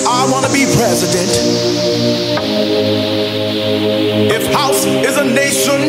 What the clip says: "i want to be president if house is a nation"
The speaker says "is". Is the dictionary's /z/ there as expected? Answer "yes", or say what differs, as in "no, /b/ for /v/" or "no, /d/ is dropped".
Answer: yes